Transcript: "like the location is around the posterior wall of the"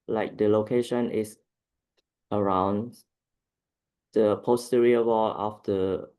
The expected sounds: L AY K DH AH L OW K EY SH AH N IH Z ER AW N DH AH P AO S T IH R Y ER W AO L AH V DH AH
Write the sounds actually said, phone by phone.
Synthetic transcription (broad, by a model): L AY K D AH L OW K EY SH AH N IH S ER AW N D AH P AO S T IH R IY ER W AO L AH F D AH